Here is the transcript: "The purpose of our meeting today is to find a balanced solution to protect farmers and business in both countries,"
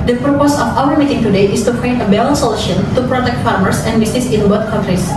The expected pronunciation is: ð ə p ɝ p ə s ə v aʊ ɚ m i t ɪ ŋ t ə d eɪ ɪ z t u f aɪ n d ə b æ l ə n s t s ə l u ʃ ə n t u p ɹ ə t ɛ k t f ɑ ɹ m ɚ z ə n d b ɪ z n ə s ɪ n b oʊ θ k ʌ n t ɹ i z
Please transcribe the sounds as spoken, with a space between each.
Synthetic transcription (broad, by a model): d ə p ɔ p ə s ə f aʊ ɚ m i t ɪ ŋ t ə d eɪ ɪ s t u p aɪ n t ə b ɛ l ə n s s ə l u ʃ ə n t u p ɹ ə t ɛ k t f ɑ ɹ m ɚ s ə n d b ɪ s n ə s ɪ n b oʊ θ k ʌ n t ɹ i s